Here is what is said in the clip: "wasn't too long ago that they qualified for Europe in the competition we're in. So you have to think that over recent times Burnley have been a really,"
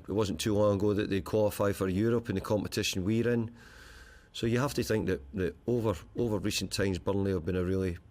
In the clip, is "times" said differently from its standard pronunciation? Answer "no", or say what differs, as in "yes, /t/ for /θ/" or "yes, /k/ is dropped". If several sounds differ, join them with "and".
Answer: no